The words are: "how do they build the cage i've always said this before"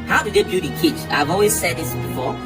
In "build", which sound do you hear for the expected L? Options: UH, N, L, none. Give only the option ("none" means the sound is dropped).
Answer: none